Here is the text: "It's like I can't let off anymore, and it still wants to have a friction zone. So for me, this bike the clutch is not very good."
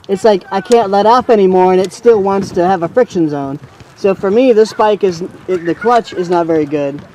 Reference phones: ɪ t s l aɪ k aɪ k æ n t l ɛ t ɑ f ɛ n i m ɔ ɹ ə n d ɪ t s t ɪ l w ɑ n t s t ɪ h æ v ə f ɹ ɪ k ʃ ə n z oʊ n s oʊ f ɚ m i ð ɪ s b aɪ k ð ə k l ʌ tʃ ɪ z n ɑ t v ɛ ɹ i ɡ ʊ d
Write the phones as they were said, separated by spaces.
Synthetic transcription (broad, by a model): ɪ t s l aɪ k aɪ k æ n t l ɛ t ɑ f ɛ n i m ɔ ɹ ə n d ɪ t s t ɪ l w ɑ n t s t ɪ v ə f ɹ ɪ k ʃ ə n z oʊ n s oʊ f ɚ m i ð ɪ s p aɪ k ð ə k l ʌ tʃ ɪ z n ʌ t v ɛ ɹ i ɡ ʊ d